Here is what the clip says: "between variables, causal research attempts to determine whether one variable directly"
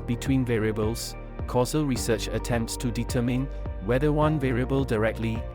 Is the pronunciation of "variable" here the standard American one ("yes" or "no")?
yes